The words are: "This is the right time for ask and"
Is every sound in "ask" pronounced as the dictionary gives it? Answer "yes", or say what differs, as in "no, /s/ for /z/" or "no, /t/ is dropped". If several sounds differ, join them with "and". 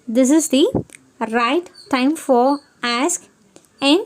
yes